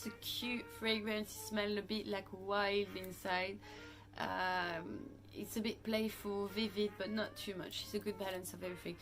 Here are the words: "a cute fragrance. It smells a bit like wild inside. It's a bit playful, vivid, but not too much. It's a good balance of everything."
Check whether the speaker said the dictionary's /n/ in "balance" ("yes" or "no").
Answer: yes